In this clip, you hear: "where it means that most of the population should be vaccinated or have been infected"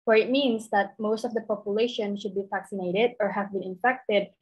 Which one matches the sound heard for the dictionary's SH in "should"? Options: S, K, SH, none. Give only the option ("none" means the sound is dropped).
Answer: SH